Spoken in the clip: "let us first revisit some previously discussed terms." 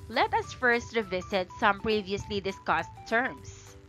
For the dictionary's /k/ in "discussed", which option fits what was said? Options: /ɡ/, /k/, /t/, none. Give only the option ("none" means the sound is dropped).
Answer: /k/